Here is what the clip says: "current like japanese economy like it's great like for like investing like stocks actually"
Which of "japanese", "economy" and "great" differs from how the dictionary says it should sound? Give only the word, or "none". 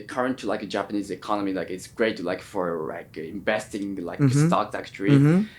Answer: none